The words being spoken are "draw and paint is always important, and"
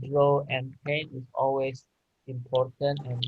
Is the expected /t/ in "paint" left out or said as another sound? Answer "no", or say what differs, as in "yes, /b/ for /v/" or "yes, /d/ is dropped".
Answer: yes, /t/ is dropped